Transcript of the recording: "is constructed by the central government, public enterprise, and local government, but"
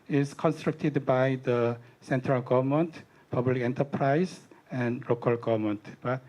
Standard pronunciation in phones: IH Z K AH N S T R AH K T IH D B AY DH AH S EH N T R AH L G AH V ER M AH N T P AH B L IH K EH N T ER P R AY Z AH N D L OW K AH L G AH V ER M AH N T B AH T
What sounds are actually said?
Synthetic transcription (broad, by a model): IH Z K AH N S T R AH K T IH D B AY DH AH S EH N T R AH L G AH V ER M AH N T P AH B L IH K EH N T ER P R AY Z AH N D L OW K AH L G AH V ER M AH N T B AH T